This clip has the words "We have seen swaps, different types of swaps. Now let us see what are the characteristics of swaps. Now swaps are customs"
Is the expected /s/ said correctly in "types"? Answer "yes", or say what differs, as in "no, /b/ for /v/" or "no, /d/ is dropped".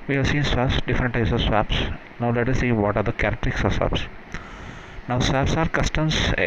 yes